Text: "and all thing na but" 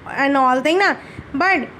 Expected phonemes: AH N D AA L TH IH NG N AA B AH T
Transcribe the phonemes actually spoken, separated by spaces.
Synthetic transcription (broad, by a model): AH N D AA L T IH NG N AA B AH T